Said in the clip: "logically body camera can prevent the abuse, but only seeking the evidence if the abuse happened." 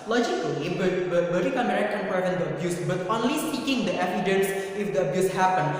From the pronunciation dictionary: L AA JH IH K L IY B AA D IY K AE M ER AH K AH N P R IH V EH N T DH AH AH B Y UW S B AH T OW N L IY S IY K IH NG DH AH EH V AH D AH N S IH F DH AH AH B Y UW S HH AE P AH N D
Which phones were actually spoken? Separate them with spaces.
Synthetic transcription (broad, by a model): L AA JH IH K L IY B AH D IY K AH M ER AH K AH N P IH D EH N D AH AH B Y UW S B AH T OW N L IY S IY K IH NG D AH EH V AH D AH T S IH F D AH AH B Y UW S HH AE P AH N